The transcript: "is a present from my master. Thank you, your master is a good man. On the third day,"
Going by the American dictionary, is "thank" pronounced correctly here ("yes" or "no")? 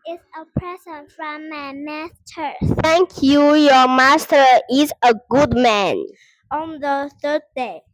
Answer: no